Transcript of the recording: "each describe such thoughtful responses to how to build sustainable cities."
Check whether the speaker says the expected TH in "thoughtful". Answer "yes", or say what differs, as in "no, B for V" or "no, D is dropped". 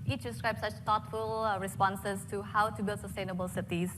no, T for TH